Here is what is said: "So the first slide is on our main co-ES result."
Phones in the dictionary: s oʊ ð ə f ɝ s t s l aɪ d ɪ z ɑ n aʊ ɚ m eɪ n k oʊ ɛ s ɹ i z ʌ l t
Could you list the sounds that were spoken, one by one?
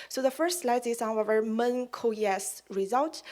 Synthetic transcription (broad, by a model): s oʊ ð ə f ɝ s t s l aɪ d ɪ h ɑ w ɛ ɚ m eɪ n k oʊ ɛ s ɹ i z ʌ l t